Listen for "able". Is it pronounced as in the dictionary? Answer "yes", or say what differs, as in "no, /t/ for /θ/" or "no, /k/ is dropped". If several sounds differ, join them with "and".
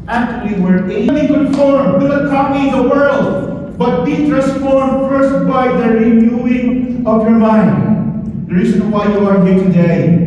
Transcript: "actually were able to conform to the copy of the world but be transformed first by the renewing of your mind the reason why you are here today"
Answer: no, /b/ is dropped